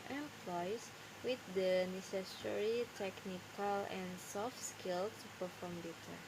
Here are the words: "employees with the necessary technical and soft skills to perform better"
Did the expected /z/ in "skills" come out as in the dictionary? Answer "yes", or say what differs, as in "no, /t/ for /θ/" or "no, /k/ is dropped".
no, /z/ is dropped